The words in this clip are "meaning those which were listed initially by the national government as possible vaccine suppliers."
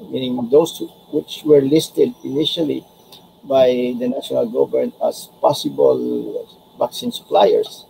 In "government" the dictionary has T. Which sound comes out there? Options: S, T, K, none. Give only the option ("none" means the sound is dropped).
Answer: none